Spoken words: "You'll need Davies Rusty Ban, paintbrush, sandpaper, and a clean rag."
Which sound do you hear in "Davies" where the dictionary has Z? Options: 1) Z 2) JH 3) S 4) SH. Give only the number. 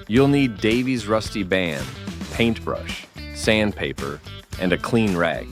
1